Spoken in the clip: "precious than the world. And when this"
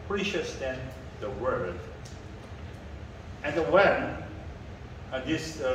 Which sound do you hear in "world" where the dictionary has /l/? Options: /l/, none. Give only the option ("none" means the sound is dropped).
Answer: none